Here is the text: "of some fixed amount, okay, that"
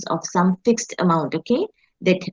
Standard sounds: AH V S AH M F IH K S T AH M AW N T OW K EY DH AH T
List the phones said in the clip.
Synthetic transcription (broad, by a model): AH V S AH M F IH K S T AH M AW N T OW K EY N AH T